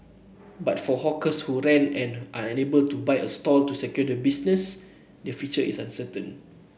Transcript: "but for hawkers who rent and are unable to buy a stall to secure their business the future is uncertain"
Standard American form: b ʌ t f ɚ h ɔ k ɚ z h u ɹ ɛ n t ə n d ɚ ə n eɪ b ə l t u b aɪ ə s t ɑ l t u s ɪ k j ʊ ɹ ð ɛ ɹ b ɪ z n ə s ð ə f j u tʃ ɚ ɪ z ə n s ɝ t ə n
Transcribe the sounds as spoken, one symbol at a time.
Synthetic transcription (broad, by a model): b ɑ t f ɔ h ɔ k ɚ s h u ɹ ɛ n ə n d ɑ ə n eɪ b ə l t u b aɪ ə s t ɑ l t u s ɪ k j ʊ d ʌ b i s n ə s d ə f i tʃ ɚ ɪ s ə n s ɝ t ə n